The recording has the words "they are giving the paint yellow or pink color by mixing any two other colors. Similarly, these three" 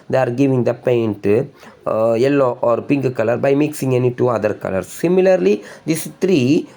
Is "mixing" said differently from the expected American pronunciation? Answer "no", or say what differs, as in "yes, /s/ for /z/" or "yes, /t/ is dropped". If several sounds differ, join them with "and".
no